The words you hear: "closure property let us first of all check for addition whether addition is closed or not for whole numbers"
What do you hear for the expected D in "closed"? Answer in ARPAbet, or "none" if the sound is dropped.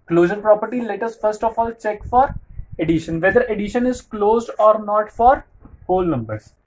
D